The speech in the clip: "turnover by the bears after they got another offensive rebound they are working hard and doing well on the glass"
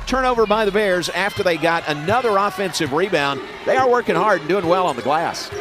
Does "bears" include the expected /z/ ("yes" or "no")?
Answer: yes